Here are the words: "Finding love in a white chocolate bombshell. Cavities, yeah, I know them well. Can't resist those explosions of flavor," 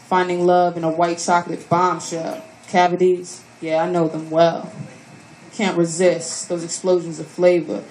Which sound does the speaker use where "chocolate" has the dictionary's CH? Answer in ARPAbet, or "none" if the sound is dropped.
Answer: S